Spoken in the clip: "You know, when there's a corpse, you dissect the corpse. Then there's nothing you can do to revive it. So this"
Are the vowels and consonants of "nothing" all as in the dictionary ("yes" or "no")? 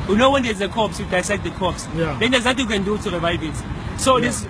no